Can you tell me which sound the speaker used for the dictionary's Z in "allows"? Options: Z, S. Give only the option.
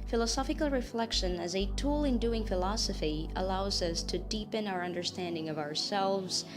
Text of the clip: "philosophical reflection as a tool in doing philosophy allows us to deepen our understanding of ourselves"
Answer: Z